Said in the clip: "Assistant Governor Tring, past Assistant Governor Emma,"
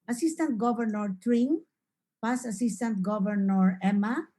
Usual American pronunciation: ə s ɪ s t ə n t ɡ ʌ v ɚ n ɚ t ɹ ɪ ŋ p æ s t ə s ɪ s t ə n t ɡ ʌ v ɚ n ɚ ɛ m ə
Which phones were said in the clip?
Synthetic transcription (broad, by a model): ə s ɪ s t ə n t ɡ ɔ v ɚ n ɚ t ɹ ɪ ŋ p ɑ s ə s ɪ s t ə n t ɡ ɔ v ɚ n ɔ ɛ m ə